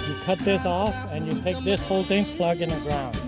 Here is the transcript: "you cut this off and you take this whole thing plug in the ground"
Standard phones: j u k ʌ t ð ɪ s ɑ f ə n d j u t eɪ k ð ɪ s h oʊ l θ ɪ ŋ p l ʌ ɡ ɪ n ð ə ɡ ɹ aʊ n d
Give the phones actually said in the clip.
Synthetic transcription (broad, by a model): j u k ʌ t ð ɪ s ɑ f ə n j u t eɪ k ð ɪ s h oʊ l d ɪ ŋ p l ʌ ɡ ɪ n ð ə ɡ ɹ aʊ n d